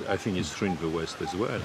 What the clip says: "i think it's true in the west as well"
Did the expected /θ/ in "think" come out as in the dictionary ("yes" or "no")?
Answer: yes